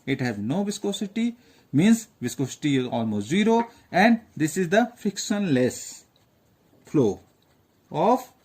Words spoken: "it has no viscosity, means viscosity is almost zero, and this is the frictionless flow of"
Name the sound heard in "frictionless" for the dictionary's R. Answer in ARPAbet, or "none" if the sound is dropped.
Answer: none